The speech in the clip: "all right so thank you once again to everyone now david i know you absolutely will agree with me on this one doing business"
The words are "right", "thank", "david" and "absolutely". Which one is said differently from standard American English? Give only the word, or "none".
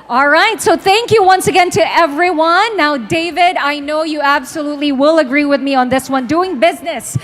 none